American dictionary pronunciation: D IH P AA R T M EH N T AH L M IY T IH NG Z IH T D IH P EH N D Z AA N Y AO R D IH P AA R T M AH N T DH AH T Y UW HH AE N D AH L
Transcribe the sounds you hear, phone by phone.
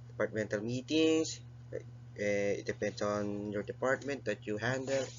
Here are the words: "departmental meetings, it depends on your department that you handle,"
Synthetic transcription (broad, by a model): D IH P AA R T M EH N T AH L M IY T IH NG S IH T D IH P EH N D S AA N Y AO R D IH P AA R T M AH N T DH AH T Y UW HH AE N D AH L